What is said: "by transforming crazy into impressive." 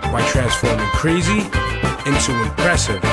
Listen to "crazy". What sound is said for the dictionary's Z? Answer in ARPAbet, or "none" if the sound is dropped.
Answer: Z